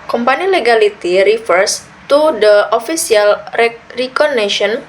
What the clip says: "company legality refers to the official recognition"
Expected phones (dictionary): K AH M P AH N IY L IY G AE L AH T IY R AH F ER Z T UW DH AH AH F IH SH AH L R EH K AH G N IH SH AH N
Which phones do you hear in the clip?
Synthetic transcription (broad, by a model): K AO M P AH N IY L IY G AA L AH T IY R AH F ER S T UW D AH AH F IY S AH L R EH K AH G N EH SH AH N